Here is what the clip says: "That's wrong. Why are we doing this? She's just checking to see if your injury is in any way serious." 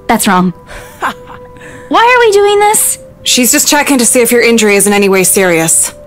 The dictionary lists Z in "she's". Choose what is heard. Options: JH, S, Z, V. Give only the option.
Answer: Z